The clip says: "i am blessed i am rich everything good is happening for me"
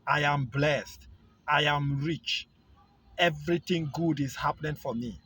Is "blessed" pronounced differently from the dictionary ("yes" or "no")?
no